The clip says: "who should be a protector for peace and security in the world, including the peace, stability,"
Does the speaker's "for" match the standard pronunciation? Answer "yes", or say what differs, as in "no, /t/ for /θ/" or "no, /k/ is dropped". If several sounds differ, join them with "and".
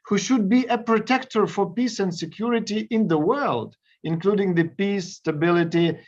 yes